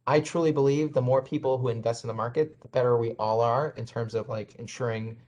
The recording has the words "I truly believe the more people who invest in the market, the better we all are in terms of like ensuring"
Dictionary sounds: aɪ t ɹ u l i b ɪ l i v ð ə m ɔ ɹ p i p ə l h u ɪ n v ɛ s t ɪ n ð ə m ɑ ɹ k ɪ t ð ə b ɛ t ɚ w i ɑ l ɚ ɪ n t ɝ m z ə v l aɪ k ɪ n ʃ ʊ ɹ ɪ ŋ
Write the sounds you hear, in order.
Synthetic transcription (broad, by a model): aɪ t ɹ u l i b ɪ l i v ð ə m ɔ ɹ p i p l h u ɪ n v ɛ s t n ð ə m ɑ ɹ k ɪ t ð ə b ɛ t ɚ w i ɑ l ɚ ɪ n t ɝ m z ə v l aɪ k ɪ n ʃ ʊ ɹ ɪ ŋ